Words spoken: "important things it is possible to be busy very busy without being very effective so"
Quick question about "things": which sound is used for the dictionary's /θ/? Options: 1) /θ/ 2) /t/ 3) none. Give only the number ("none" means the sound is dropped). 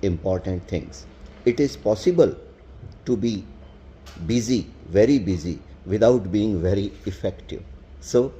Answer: 2